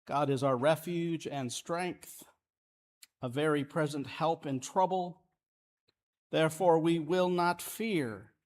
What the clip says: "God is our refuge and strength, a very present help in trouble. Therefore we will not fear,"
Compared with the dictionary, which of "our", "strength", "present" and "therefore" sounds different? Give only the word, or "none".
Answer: none